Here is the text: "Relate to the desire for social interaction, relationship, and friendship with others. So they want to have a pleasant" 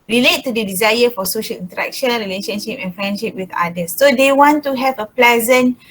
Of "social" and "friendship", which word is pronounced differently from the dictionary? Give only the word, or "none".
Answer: none